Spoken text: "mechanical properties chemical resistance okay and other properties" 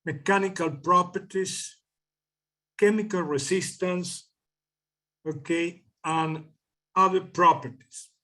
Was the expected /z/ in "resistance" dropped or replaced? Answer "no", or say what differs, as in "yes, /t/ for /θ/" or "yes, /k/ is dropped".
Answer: yes, /s/ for /z/